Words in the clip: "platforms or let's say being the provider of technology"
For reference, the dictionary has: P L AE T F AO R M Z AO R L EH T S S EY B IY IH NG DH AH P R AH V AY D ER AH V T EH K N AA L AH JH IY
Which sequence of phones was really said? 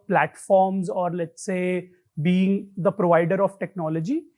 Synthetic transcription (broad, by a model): P L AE T F AO R M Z AO R L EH T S S EY B IY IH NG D AH P R AH V AY D ER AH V T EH K N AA L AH JH IY